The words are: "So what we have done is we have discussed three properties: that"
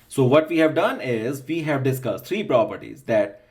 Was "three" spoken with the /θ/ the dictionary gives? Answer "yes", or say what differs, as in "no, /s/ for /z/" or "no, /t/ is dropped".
no, /t/ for /θ/